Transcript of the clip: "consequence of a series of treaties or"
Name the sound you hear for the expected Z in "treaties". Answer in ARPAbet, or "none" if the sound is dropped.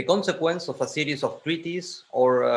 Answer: S